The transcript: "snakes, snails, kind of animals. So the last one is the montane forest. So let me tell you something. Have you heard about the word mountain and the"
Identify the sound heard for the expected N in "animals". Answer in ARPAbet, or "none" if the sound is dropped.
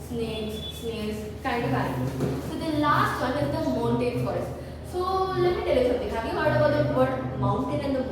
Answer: none